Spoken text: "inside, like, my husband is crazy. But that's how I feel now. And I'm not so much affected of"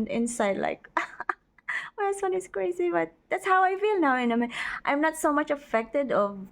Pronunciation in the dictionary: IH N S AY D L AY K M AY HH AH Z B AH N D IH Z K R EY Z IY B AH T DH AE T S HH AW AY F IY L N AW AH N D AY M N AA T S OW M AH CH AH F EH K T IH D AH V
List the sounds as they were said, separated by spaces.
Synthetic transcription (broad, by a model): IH N S AY D L AY K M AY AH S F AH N IH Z K R EY Z IY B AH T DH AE T S HH AW AY F IY L N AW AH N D AY M N AA T S OW M AH CH AH F EH K T IH D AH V